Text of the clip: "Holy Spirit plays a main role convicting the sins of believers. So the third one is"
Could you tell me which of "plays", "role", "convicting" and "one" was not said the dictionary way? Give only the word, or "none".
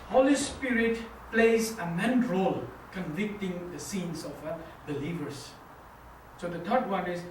none